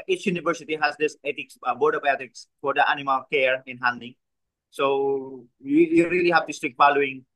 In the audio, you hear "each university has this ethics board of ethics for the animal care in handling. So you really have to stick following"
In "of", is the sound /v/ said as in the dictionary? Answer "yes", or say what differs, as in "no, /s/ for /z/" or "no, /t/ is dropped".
no, /b/ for /v/